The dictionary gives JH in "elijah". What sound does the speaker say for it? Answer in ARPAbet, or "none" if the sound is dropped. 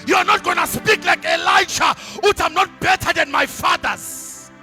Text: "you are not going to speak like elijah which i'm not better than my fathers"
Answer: SH